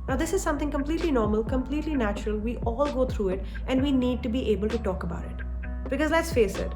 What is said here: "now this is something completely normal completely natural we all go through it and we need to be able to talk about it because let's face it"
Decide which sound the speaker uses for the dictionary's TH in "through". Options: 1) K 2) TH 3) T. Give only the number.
3